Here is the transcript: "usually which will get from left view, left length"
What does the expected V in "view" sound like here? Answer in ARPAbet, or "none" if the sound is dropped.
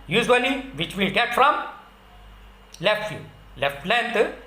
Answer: F